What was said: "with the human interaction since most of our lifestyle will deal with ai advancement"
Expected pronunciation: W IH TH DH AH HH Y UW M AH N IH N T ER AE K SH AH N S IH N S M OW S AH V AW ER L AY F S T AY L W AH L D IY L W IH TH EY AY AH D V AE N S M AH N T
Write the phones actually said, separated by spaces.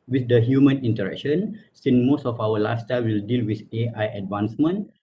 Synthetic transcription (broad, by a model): W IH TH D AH HH Y UW M AH N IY N T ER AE K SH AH N S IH N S M OW S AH F AW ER L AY S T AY W AH L D IY L W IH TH EY AY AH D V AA N S M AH N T